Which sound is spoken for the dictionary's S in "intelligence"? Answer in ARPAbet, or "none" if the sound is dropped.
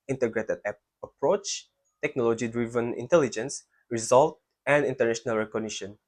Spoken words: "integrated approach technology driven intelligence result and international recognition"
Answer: S